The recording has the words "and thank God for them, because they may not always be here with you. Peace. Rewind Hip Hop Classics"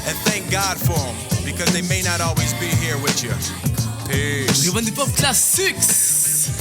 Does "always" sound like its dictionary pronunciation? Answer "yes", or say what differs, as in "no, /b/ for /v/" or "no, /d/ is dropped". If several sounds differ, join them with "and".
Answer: yes